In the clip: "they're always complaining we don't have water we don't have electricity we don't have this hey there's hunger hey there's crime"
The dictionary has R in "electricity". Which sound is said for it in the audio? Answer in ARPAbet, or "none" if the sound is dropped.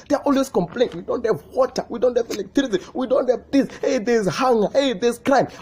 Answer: none